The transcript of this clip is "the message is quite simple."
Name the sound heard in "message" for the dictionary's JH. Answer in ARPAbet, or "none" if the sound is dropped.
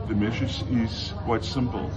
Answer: Z